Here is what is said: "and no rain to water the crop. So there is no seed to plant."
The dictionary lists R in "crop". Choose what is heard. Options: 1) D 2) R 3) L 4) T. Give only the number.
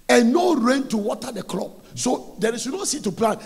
3